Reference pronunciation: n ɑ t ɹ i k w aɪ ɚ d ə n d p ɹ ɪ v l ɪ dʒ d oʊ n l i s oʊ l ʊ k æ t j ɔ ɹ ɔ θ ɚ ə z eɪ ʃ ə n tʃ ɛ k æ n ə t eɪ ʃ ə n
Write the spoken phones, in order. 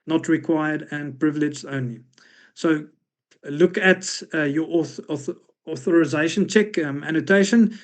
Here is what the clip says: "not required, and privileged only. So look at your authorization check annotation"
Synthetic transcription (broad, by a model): n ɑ t ɹ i k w aɪ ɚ d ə n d p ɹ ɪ v l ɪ dʒ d oʊ n l i s oʊ l ʊ k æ t j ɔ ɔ ɔ θ ɚ ə z eɪ ʃ ə n tʃ ɛ k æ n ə t eɪ ʃ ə n